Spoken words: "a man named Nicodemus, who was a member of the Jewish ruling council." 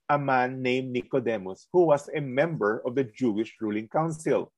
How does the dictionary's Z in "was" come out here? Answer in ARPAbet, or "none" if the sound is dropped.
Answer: S